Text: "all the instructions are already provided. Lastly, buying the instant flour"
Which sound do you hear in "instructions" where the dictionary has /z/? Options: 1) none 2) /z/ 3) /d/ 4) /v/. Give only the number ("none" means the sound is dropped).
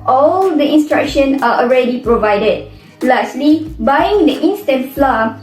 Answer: 1